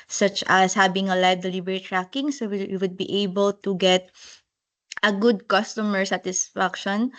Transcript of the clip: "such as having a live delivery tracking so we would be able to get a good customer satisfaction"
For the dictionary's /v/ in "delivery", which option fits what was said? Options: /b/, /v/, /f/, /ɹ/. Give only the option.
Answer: /b/